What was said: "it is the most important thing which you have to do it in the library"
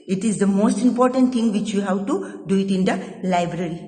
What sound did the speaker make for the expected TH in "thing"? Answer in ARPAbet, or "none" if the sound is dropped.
T